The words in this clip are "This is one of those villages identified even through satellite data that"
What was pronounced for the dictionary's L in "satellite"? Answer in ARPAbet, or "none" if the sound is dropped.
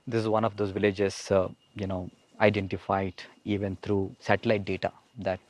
L